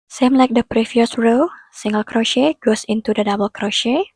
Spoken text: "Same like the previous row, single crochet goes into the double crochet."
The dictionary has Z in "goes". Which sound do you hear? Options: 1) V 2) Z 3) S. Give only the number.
3